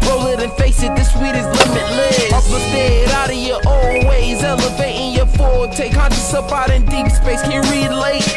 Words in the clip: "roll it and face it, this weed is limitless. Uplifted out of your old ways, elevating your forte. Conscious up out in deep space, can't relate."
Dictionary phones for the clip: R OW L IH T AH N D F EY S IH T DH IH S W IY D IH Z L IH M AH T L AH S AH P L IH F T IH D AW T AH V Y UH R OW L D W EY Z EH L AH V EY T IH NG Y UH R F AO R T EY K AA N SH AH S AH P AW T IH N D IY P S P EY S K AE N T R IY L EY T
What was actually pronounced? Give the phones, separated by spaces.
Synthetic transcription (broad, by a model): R OW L IH T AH N F EY S IH T DH IH S W IY D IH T L IH M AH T L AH AH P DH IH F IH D AW T AH V Y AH R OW L W EY Z EH L AH V EY T IH NG Y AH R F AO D T EY K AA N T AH S AH P AW T IH N D IY P S P EY S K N R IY L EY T